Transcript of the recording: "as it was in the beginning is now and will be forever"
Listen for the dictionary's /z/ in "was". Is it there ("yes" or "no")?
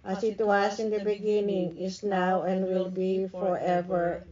no